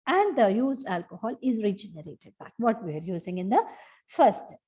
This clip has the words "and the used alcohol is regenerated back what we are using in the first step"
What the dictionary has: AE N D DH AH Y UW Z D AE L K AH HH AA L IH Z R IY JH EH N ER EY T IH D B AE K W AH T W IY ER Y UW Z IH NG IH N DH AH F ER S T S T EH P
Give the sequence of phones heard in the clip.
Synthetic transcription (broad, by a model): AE N D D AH Y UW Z AE L K AH HH AA L IH Z R IY JH EH N ER EY T IH D B AE K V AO T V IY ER Y UW Z IH NG IH N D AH F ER T S T